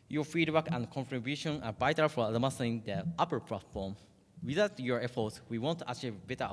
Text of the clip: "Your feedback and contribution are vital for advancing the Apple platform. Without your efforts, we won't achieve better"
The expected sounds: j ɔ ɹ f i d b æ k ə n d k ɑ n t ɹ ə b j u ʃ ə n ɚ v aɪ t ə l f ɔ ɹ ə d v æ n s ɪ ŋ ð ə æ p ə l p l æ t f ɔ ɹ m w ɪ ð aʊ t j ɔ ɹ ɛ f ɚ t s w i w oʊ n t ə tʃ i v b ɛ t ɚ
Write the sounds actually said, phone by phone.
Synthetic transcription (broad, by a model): j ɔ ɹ f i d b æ k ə n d k ɑ n t ɹ ə b j u ʃ ə n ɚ b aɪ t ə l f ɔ l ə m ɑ s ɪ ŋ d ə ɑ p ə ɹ p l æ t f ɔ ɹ m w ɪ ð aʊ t j ɔ ɹ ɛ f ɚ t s w i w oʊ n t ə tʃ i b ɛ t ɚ